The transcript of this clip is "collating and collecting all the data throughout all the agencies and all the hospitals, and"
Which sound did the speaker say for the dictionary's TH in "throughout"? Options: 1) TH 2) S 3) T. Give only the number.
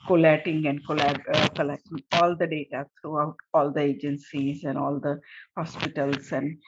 3